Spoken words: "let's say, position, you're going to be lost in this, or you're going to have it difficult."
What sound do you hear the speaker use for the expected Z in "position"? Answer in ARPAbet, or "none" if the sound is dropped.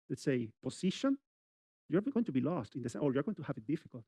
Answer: S